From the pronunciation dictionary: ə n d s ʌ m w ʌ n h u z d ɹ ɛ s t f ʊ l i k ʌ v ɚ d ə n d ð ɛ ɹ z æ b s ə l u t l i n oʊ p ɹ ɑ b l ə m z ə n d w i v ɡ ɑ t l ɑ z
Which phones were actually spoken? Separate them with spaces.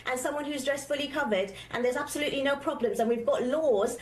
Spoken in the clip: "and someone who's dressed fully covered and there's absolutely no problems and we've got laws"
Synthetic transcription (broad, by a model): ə n s ʌ m w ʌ n h u z d ɹ ɛ s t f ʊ l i k ʌ v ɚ d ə n ð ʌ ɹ z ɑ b s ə l u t l i n oʊ p ɹ ɑ b l ə m z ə n w i v ɡ ɑ t l ɑ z